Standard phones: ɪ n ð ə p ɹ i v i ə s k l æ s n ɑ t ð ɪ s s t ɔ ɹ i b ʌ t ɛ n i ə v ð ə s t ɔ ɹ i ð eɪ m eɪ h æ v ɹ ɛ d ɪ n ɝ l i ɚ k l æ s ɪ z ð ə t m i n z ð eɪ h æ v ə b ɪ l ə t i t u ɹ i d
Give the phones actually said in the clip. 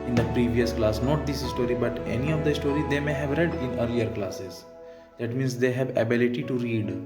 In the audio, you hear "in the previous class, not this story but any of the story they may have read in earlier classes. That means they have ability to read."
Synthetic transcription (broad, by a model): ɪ n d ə p ɹ i v i ə s k l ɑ s n ɑ t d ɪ s s t ɔ ɹ i b ʌ t ɛ n i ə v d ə s t ɔ ɹ i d eɪ m eɪ h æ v ɹ ɛ d ɪ n ɝ l i ɚ k l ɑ s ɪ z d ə t m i n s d eɪ h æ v ə b ɪ l ə t i t u ɹ i d